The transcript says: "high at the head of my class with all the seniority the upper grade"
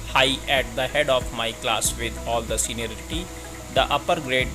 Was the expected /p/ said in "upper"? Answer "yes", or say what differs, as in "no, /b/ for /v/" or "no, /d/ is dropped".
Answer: yes